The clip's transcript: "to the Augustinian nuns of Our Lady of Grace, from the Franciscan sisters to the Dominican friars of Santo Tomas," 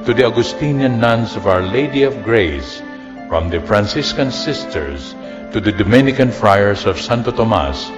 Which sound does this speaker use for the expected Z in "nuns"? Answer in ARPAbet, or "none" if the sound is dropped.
S